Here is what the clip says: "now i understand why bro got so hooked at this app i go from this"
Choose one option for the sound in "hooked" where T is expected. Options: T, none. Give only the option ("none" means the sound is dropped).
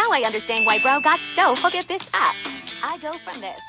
none